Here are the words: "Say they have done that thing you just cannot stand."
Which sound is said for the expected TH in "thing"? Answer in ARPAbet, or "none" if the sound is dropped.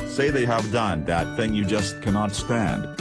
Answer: TH